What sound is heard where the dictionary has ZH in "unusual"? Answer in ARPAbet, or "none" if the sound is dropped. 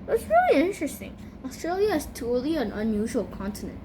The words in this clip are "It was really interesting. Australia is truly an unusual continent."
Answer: ZH